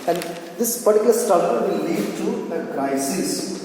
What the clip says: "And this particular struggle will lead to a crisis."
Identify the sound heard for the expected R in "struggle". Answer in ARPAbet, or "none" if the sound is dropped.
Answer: none